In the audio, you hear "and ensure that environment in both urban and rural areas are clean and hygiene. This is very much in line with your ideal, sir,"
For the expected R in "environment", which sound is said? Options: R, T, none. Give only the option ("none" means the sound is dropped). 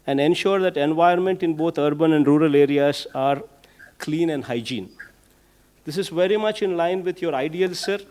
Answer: none